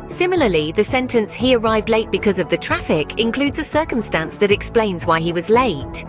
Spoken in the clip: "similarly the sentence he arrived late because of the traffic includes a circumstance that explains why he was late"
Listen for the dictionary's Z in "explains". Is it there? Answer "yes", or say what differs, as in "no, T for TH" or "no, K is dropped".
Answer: yes